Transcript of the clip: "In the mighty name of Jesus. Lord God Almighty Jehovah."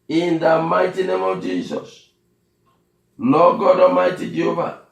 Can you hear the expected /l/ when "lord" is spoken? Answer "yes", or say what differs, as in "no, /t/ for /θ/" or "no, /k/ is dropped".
no, /n/ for /l/